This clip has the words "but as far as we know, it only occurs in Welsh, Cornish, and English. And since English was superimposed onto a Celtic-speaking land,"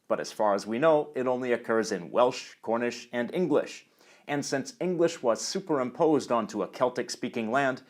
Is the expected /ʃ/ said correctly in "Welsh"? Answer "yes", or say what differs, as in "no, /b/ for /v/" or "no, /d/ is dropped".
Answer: yes